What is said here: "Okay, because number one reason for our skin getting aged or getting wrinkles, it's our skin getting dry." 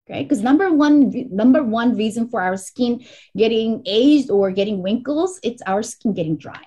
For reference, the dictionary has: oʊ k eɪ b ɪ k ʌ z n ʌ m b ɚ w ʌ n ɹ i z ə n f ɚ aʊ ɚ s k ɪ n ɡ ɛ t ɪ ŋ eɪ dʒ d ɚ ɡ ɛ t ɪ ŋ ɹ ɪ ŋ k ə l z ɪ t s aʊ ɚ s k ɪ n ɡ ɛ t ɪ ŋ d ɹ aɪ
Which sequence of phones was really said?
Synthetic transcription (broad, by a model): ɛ k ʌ b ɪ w ʌ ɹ n ʌ m b ɚ w ʌ n ɹ i z ə n f ɚ aʊ ɚ s k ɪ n ɡ ɛ t ɪ ŋ eɪ dʒ d ɚ ɡ ɛ t ɪ ŋ w ɪ ŋ k l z ɪ t s aʊ ɚ s k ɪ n ɡ ɛ t ɪ ŋ d ɹ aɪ